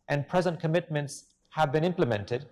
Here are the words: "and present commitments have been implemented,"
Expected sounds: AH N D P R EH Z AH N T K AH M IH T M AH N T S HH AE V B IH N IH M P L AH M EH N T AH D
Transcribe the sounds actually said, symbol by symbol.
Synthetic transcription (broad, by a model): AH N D P R EH Z AH N T K AH M IH T M AH N T S HH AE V B IH N IH M P L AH M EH N T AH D